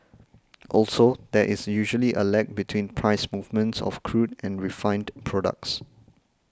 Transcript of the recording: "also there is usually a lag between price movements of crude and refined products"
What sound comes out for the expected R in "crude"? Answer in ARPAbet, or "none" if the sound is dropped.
R